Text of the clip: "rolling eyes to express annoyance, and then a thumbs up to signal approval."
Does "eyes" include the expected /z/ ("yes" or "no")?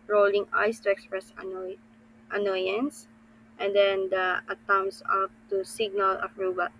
no